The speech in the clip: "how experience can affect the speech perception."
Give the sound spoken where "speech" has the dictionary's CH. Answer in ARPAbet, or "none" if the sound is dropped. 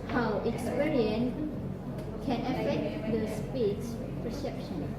S